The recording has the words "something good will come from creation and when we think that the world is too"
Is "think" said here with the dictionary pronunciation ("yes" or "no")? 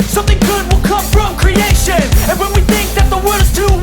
yes